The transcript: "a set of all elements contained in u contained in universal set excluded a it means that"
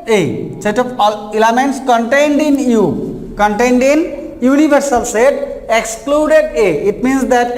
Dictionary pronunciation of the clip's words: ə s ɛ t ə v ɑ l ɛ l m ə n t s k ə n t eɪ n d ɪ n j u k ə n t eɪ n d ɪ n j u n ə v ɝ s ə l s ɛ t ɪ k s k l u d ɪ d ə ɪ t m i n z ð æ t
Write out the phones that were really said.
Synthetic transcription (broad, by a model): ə s ɛ t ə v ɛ l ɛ m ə n t s k ə n t eɪ n d ɪ n j u k ə n t eɪ n d ɪ n j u n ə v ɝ s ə l s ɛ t ɪ k s k l u d ɪ d ə ɪ t m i n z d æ t